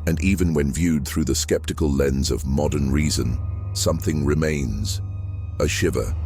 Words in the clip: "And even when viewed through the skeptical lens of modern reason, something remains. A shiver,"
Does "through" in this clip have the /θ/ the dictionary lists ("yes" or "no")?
yes